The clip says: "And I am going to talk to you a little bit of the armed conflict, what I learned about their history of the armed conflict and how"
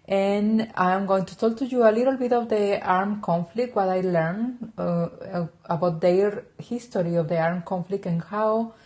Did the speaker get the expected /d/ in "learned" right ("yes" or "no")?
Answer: no